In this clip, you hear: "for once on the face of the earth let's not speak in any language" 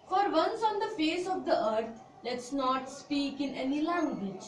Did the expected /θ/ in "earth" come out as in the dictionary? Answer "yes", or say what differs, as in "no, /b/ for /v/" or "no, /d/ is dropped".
no, /t/ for /θ/